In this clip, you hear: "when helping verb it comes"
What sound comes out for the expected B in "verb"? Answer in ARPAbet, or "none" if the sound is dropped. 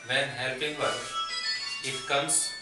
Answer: none